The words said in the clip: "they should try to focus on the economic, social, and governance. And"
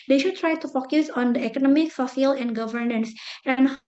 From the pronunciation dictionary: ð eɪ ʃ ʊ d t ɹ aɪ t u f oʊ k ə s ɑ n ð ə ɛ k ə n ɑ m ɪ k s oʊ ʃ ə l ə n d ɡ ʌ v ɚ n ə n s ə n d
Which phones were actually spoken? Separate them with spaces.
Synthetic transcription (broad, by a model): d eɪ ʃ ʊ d t ɹ aɪ t u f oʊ k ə s ɑ n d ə ɛ k ə n ɑ m ɪ k s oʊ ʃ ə l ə n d ɡ ʌ v ɚ n ə n s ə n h